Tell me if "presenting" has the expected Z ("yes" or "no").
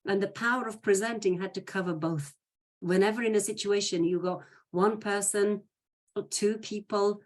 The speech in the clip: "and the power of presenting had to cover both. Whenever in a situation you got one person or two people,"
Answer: yes